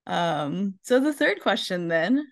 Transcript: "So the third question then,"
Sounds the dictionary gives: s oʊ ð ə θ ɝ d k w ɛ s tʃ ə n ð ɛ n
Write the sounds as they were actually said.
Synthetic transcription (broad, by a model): s oʊ ð ə θ ɝ d k w ɛ s tʃ ə n ð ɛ n